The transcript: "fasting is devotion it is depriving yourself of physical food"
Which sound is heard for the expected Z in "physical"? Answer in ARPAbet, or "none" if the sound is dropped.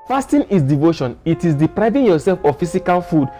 S